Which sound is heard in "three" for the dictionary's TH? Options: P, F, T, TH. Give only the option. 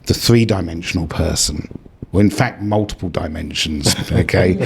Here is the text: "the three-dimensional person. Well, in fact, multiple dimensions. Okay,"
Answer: TH